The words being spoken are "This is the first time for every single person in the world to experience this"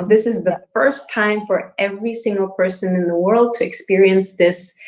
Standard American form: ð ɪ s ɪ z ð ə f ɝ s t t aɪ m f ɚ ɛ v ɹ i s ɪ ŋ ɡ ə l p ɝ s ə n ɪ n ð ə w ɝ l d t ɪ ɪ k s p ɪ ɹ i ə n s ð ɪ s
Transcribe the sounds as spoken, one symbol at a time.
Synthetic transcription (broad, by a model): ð ɪ s ɪ z ð ə f ɝ s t t aɪ m f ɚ ɛ v ɹ i s ɪ ŋ ɡ ə l p ɝ s ə n ɪ n ð ə w ɝ l d t ɪ ɪ k s p ɪ ɹ i ə n s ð ɪ s